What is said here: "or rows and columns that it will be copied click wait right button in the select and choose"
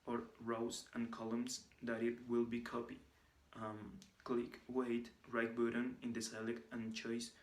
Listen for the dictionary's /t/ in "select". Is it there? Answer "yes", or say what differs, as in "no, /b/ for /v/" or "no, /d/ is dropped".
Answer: no, /t/ is dropped